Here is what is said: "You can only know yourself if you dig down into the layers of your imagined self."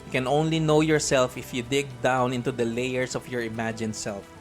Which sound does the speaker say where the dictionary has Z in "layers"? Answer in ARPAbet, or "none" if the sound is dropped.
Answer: S